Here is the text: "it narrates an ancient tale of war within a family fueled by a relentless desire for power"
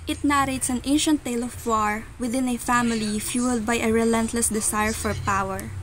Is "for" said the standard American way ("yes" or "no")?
yes